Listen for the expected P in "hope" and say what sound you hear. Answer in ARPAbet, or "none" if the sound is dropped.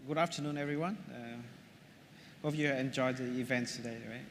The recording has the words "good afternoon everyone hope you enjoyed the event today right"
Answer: F